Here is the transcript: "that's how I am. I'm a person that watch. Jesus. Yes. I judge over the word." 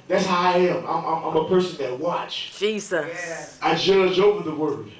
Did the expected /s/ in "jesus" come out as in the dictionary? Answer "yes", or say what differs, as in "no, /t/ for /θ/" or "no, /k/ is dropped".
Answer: no, /s/ is dropped